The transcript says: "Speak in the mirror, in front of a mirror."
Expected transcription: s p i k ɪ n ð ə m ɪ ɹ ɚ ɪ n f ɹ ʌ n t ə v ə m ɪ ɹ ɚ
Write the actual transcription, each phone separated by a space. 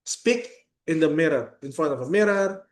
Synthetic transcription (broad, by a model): s p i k ɪ n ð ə m ɪ ɹ ɚ ɪ n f ʌ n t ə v ə m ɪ ɹ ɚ